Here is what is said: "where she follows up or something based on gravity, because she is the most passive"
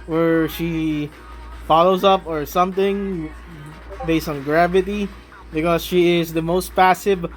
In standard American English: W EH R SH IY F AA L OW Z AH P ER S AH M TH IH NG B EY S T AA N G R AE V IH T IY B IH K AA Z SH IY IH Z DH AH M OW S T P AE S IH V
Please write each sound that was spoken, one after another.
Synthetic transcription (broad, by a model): W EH R SH IY F AA L OW Z AH P ER S AH M TH IH NG B EY S T AA N G R AE V IH T IY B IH K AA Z SH IY IH Z DH AH M OW S T P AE S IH V